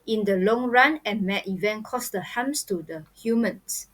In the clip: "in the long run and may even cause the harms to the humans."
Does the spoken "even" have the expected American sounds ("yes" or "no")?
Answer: yes